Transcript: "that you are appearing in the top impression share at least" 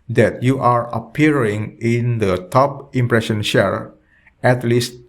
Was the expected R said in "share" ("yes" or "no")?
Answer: yes